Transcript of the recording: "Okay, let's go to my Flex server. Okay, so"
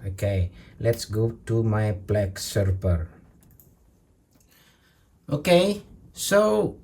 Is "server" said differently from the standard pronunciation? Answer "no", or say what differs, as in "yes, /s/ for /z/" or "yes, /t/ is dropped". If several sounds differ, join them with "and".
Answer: yes, /p/ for /v/